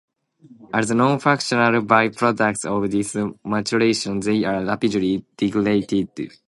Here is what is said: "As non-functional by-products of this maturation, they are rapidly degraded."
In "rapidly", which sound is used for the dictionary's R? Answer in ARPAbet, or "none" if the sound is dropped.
L